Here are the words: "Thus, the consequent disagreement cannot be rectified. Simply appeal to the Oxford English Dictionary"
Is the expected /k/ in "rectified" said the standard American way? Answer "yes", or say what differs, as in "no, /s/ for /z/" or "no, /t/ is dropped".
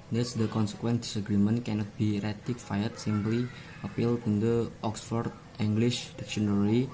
no, /k/ is dropped